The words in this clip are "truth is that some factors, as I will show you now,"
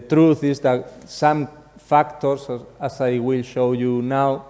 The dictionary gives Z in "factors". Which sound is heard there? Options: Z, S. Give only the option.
S